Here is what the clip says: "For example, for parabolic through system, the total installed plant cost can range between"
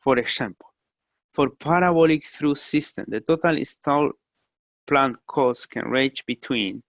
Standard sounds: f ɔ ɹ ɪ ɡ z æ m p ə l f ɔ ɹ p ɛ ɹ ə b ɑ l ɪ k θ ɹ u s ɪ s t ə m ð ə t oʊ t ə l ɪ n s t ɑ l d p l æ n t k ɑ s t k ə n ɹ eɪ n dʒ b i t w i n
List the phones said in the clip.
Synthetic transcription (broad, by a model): f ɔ ɹ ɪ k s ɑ m p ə l f ɔ ɹ p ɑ ɹ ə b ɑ l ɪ k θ ɹ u s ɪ s t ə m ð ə t oʊ t ə l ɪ s t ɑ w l p l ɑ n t k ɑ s k ə n ɹ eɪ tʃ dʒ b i t w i n